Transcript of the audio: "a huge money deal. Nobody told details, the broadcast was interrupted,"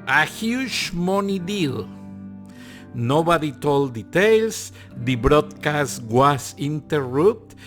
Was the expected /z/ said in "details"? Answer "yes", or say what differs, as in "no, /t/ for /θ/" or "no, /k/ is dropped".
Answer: no, /s/ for /z/